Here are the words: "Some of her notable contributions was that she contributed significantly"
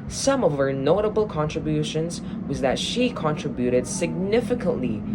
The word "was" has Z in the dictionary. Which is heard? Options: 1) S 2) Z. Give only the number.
2